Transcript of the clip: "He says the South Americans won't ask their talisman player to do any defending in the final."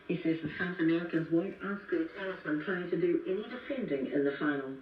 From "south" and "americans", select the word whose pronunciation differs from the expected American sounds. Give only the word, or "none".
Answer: none